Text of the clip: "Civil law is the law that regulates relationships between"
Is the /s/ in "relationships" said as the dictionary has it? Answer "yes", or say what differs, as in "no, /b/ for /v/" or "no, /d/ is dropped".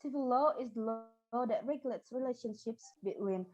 yes